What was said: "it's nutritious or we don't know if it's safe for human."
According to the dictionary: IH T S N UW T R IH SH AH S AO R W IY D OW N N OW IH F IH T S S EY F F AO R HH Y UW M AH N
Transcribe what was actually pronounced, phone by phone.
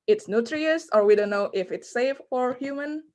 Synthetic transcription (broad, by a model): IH T S N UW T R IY AH S AO R W IY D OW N N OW IH F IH T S S EY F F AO R HH Y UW M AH N